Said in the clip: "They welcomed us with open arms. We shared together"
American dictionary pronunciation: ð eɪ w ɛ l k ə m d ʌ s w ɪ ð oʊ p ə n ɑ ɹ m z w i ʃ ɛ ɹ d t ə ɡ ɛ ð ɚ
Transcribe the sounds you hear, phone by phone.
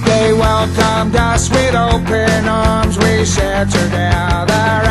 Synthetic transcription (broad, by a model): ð eɪ w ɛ l k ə m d ʌ s w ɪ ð oʊ p ə n ɑ ɹ m z w i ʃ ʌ ɹ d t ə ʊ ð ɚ